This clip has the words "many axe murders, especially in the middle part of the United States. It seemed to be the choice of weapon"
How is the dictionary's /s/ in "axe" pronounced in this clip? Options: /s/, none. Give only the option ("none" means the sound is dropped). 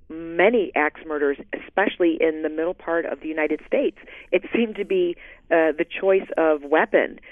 /s/